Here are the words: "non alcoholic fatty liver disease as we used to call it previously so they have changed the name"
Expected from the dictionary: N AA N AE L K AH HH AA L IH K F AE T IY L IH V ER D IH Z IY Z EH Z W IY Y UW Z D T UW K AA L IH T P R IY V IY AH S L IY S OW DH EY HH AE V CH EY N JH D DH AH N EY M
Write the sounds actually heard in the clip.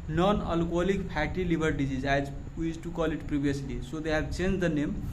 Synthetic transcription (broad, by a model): N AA N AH L K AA L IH K P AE T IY L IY B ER D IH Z IY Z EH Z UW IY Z T UW K AA L IH T P R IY B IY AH S L IY S OW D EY HH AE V CH EY N JH D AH N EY M